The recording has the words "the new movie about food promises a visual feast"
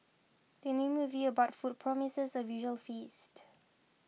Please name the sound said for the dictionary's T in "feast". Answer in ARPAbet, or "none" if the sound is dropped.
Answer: T